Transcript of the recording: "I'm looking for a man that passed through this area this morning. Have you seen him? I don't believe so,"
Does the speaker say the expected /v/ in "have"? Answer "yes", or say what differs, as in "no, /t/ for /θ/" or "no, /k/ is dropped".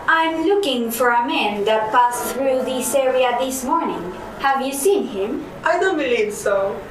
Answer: yes